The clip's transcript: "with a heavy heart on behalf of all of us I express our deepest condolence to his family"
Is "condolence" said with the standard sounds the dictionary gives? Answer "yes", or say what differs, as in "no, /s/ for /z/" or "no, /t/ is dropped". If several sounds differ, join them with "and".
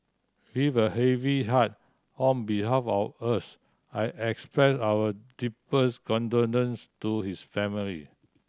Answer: no, /n/ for /l/